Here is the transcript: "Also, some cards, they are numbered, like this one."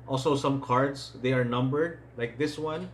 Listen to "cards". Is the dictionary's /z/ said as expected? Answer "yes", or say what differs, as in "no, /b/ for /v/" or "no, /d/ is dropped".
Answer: no, /s/ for /z/